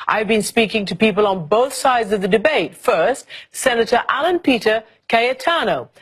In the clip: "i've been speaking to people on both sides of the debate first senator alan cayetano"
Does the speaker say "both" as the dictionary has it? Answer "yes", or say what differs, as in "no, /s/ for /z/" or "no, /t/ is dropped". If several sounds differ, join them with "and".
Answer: yes